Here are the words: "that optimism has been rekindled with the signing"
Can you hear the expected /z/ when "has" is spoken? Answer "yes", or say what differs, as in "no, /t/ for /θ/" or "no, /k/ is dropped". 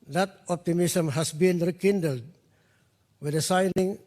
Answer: no, /s/ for /z/